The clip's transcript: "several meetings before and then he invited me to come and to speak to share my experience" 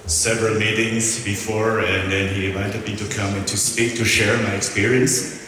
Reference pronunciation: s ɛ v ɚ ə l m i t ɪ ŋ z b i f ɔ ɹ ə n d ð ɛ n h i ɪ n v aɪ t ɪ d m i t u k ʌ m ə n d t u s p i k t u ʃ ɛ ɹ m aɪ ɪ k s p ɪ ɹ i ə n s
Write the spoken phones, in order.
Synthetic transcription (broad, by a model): s ɛ v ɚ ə l m i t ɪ ŋ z b i f ɔ ɹ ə n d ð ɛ n h i ɪ n v aɪ t ɪ d m i t u k ʌ m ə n t u s p i k t u ʃ ɛ ɹ m aɪ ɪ k s p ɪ ɹ i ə n s